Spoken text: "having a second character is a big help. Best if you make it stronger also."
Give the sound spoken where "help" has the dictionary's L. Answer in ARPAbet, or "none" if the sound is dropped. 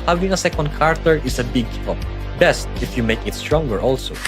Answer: none